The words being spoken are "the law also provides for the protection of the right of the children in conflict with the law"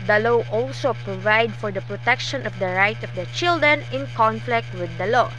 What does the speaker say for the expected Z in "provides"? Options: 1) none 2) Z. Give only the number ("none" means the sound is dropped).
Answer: 1